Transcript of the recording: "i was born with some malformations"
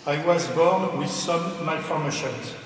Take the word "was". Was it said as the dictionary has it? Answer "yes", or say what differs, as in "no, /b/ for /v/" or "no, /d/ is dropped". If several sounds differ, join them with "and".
yes